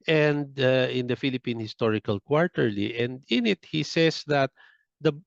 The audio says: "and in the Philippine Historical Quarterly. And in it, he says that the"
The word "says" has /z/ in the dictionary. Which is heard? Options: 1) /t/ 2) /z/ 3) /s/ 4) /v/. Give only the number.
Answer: 3